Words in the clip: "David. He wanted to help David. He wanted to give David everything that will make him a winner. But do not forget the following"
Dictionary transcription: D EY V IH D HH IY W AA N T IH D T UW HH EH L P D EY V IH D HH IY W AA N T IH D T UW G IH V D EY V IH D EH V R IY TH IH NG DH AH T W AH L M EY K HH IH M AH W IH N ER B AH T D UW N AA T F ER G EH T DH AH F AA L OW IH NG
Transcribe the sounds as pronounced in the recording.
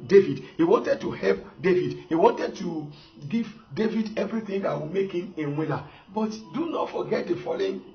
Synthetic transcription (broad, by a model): D EY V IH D HH IY W AA N T IH D T UW HH EH L P D EY V IH D HH IY W AA N T IH D T UW G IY V D EY V IH D EH V R IY TH IH NG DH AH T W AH M EY K HH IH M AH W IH L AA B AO T D UW N AA T F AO G EH T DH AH F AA L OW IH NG